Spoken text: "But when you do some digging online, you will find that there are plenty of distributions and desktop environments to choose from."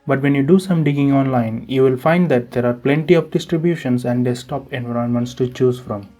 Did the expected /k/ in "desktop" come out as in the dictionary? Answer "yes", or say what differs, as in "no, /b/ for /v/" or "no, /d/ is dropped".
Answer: no, /k/ is dropped